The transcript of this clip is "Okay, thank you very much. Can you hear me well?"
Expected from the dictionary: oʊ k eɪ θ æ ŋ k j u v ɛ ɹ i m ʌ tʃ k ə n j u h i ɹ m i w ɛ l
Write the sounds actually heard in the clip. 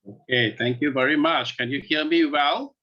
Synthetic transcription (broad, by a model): oʊ k eɪ θ æ ŋ k j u v ɛ ɹ i m ʌ tʃ k ə n j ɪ h i l m i w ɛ l